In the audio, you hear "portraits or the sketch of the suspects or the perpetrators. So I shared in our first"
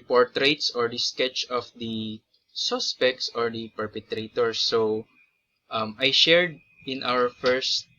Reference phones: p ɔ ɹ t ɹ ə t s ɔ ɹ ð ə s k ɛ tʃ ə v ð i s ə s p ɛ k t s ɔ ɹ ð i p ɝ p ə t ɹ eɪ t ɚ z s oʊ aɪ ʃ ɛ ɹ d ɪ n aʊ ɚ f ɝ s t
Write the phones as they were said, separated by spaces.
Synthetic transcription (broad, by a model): p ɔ ɹ t ɹ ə t s ɔ ɹ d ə s k ɛ tʃ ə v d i s ə s p ɛ k t s ɔ ɹ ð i p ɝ p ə t ɹ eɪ t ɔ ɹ s oʊ aɪ ʃ ɛ ɹ d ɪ n aʊ ɚ f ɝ s t